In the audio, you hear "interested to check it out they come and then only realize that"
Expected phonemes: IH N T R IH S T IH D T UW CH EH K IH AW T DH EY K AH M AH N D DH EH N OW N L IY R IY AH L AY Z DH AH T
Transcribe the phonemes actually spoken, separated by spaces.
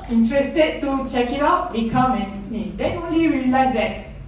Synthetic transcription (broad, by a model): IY N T R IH S T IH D T UW CH EH K IH AW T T K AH M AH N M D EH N OW N L IY R IY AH L AY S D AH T